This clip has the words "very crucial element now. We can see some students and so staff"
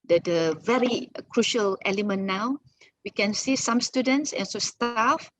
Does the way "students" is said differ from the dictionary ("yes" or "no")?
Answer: no